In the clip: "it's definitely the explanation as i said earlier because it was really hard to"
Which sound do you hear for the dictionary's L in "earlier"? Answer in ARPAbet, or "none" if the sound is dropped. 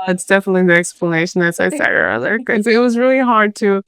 none